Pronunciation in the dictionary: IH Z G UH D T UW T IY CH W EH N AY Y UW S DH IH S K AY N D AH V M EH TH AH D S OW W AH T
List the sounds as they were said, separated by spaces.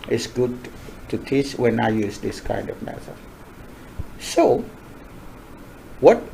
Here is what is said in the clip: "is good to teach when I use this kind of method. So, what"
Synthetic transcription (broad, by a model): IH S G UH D T UW T IY CH W EH N AY Y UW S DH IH S K AY N D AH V M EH S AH S OW W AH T